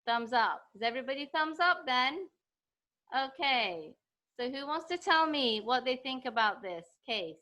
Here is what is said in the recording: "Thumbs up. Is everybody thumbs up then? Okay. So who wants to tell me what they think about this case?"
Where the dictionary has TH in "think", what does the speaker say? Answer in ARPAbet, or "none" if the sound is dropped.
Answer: TH